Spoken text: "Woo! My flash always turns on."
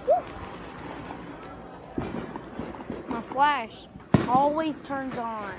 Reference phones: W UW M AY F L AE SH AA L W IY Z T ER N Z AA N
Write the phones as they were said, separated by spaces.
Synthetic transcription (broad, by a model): M AY F L AE SH AA L W IY Z T ER N Z N